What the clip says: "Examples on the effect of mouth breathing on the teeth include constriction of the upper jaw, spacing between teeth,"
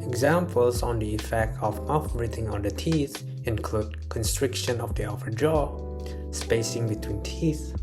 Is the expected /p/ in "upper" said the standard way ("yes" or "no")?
no